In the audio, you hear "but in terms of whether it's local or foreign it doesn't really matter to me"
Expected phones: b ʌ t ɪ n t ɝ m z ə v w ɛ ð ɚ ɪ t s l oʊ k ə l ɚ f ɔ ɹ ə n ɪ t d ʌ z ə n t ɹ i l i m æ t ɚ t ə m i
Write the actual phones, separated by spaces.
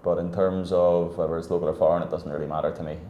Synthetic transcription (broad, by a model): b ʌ t ɪ n t ɝ m z ə v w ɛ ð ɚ ɪ t s l oʊ k ə l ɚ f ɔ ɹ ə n ɪ t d ʌ z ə n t ɹ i l i m æ t ɚ t ə m i